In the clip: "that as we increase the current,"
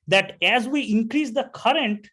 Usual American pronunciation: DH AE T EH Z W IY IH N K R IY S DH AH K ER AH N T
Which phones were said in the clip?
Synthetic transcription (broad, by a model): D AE T EH Z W IY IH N K R IY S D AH K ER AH N T